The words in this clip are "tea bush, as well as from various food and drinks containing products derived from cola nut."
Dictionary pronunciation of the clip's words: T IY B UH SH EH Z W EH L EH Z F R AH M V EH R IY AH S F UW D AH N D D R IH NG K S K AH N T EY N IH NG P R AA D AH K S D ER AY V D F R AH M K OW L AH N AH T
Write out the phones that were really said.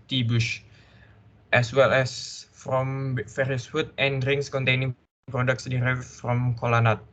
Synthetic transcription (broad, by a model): T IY B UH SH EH S W EH L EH S F R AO M F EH R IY S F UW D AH N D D R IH NG S K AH N T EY N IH NG P R AA D AH K S D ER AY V F R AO M K OW L AH N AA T